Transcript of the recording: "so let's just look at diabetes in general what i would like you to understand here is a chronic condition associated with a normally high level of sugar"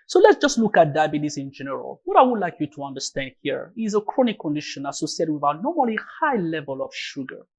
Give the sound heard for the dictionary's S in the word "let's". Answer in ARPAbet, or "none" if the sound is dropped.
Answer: S